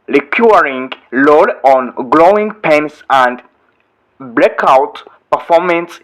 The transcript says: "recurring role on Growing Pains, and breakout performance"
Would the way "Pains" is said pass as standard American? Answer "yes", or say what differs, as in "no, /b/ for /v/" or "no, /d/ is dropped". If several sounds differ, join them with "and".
no, /s/ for /z/